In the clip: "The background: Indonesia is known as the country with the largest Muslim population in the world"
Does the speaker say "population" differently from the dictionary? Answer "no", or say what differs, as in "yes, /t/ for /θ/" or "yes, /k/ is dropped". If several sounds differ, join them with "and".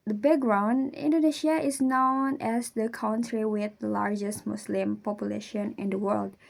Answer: no